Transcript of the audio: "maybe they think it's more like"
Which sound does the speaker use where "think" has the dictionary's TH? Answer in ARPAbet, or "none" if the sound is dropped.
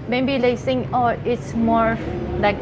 S